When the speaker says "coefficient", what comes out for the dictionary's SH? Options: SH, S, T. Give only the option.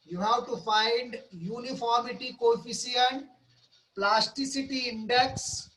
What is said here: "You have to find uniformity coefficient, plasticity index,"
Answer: S